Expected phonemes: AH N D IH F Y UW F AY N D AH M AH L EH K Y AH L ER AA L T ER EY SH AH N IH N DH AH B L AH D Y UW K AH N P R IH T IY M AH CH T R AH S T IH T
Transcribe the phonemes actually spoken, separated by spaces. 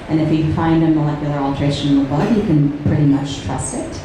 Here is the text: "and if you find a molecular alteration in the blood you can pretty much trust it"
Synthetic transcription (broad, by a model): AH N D IH F Y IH F AY N D AH M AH L EH K Y L ER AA L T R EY AH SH IH N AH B AH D Y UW K AH N P R IH T IY M AH CH T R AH S IH T